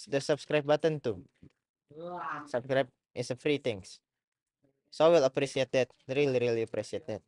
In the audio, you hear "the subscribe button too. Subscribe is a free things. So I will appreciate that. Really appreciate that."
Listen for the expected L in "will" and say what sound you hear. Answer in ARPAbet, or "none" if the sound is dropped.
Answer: L